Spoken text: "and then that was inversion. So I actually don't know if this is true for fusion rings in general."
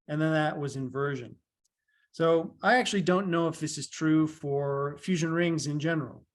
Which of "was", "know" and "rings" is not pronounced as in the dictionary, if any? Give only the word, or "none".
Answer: none